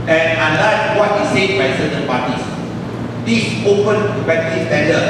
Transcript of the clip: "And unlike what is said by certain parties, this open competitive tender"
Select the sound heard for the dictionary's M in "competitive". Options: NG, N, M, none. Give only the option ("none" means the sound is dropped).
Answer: none